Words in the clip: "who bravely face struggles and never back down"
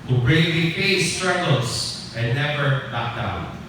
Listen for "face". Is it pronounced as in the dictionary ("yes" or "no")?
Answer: no